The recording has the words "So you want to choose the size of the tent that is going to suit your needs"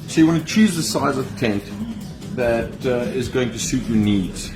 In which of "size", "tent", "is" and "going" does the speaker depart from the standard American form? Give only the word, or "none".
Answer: none